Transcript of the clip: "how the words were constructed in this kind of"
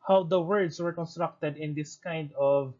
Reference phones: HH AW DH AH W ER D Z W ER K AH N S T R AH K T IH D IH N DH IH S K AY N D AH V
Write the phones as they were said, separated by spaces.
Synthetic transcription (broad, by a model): HH AW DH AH W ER D S W ER K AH N S T R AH K T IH D IH N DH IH S K AY N D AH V